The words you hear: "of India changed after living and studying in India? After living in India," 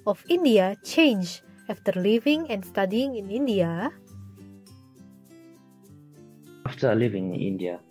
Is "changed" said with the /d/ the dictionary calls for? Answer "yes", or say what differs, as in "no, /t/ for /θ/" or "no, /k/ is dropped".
no, /d/ is dropped